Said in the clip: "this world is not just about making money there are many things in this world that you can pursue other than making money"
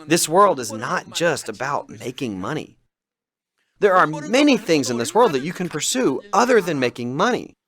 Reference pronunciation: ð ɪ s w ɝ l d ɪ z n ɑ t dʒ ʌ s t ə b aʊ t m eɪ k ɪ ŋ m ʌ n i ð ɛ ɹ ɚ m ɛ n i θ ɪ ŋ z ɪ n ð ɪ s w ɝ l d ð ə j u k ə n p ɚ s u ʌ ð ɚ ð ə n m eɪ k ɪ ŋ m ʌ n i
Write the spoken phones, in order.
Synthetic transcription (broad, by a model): ð ɪ s w ɝ l d ɪ z n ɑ t dʒ ʌ s t ə b aʊ t m eɪ k ɪ ŋ m ʌ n i ð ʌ ɹ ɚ m ɛ n i θ ɪ ŋ z ɪ n ð ɪ s w ɝ l d ð ə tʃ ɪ k ə n p ɚ s u ʌ ð ɚ ð ə n m eɪ k ɪ ŋ m ʌ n i